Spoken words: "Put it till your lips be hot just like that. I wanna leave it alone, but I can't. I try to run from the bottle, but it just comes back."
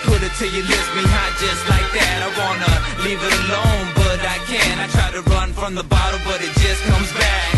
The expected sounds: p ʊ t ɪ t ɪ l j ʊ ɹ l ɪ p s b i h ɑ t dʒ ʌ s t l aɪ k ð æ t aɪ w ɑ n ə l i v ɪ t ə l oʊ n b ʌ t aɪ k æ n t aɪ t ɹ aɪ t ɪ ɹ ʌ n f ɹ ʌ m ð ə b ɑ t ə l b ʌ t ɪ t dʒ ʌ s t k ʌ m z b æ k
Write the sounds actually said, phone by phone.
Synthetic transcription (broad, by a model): p ʊ t ɪ t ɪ j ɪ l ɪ s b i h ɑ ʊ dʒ ʌ s t l aɪ k ð æ t aɪ w ɑ n ə l i v ɪ t ə l oʊ n b ʌ t aɪ k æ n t aɪ t ɹ aɪ t ɪ ɹ ʌ n f ɹ ʌ m ð ə b ɑ t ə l b ʌ t ɪ t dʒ ʌ s k ʌ m z b æ k